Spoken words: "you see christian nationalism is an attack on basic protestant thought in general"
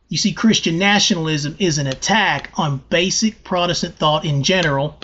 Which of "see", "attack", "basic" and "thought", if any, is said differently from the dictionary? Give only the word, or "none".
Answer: none